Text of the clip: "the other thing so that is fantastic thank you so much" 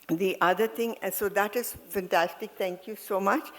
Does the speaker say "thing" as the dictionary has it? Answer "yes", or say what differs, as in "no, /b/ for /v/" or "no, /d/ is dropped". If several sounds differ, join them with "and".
no, /t/ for /θ/